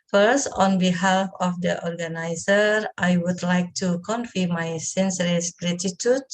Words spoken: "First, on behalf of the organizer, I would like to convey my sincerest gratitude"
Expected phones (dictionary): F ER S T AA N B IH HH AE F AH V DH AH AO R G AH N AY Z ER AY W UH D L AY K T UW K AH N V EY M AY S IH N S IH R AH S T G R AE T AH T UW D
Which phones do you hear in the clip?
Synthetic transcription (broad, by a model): F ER S T AA N B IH HH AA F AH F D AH AO R G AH N AY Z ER AY W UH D L AY K T UW K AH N F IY M AY S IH N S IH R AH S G R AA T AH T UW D